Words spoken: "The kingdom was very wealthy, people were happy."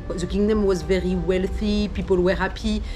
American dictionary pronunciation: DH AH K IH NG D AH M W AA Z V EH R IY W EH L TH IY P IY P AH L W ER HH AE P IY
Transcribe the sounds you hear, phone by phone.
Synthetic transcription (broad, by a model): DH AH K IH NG D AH M W AA Z V EH R IY W EH L TH IY P IY P AH L W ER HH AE P IY